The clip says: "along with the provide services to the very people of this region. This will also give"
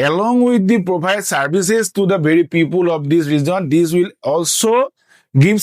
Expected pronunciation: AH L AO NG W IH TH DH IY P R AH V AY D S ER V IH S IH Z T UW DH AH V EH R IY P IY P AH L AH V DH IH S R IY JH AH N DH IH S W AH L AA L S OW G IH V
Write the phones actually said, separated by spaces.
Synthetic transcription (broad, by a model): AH L AO NG W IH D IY P R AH B AY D S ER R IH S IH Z T UW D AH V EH R IY P IY P AH L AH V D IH S R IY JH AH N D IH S W AH L AA L S OW G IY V